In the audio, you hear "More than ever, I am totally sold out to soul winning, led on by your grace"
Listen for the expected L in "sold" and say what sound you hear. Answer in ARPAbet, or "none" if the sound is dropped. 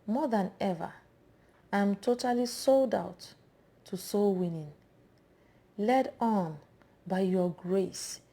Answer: L